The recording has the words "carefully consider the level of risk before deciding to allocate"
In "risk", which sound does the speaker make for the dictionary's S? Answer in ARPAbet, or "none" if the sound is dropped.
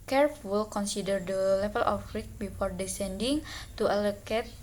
none